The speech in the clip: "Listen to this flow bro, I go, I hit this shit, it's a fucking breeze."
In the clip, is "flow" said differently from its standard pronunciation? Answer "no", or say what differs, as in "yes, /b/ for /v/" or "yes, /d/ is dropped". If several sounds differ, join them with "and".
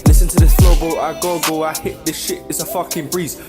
yes, /l/ is dropped